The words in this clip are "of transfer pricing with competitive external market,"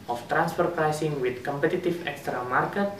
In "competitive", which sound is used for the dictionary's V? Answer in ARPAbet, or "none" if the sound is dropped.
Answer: F